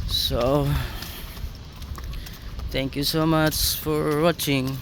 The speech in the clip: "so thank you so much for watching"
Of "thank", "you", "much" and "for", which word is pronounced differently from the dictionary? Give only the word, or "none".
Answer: thank